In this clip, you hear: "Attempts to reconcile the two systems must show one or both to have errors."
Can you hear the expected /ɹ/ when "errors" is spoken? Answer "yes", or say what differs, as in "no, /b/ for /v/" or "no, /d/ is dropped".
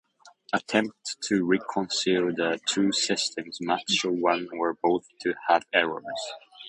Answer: yes